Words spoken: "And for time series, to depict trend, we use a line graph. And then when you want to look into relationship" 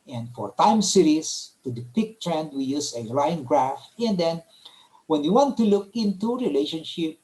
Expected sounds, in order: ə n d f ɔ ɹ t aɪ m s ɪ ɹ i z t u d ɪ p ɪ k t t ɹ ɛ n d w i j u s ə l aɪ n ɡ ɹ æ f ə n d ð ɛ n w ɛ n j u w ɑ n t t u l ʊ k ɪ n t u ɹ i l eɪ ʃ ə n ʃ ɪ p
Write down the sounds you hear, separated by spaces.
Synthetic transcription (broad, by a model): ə n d f ɔ ɹ t aɪ m s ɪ ɹ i s t u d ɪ p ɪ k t t ɹ ɛ n d w i j u s ə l aɪ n ɡ ɹ æ f ə n d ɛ n w ɛ n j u w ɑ n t t u l ʊ k ɪ n t u ɹ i l eɪ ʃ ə n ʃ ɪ p